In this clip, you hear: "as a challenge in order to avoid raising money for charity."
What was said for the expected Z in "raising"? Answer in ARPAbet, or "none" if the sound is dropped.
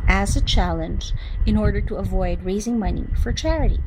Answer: Z